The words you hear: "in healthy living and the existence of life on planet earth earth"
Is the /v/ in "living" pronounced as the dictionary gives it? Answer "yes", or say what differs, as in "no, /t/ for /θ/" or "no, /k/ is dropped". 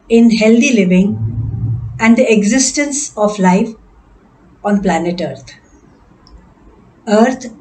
yes